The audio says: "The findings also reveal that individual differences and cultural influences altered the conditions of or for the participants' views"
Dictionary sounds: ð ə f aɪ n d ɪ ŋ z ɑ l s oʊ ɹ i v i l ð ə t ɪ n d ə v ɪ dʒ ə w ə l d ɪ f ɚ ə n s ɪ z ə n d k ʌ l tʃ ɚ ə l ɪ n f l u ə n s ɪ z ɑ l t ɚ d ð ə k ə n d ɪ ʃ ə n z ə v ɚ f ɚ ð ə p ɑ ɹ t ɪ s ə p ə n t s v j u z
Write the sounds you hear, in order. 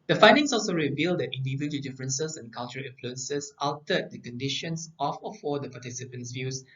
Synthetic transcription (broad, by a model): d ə f aɪ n d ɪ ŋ s ɑ l s oʊ ɹ i v i l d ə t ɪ n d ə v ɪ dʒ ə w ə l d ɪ f ɚ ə n s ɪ s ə n k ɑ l tʃ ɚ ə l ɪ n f l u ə n s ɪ s ɑ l t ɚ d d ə k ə n d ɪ ʃ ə n s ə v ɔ f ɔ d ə p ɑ t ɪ s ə p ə n t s v j u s